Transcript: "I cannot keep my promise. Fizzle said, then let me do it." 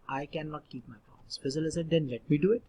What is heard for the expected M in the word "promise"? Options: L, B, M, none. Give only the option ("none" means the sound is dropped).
none